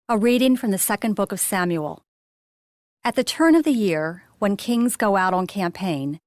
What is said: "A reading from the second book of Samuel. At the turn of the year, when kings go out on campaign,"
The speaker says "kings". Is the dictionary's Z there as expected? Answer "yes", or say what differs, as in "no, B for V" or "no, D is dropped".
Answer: yes